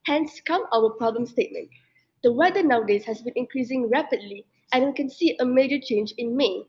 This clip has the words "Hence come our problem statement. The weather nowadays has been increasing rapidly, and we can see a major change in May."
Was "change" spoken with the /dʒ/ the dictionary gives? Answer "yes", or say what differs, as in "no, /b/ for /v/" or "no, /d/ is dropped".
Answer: yes